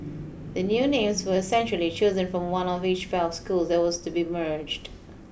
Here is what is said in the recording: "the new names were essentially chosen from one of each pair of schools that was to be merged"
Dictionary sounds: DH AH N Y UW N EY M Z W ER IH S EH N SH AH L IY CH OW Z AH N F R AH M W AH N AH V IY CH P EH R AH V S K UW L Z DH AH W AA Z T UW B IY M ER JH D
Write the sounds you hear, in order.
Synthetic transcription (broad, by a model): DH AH N Y UW N EY M Z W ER IH S EH N SH AH L IY CH OW Z AH N F R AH M W AH N AH V IY CH F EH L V S K UW L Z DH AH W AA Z T UW B IY M ER JH D